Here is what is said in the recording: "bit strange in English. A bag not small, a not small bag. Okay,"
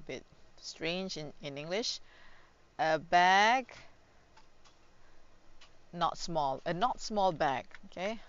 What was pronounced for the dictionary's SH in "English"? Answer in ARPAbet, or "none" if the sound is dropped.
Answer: SH